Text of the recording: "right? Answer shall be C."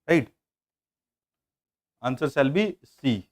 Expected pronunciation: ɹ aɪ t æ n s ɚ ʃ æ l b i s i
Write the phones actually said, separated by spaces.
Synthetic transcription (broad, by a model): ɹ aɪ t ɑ n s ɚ s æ l b i s i